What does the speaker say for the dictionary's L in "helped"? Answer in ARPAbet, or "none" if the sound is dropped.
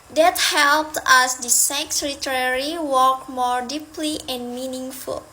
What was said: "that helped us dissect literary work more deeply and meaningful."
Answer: L